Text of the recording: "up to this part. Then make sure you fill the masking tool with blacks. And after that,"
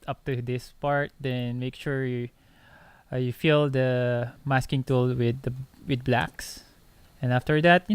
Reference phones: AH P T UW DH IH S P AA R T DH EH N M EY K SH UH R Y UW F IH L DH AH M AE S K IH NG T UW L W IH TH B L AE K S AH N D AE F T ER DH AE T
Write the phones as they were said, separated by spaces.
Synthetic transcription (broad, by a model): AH P T UW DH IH S P AA R T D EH N M EY K SH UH R Y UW F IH L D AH M AE S K IH NG T UW L W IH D B L AE K S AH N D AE F T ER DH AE T